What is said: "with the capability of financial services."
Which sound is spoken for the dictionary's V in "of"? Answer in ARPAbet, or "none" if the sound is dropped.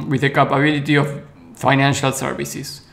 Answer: F